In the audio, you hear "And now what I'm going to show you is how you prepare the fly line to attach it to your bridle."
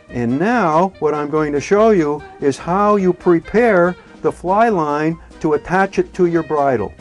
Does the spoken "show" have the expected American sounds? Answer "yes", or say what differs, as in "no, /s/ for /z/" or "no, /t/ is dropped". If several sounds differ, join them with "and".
yes